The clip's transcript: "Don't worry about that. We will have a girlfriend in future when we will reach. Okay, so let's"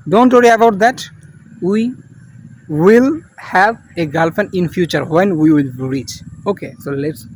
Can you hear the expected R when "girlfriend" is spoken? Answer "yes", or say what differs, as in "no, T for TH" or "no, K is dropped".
no, R is dropped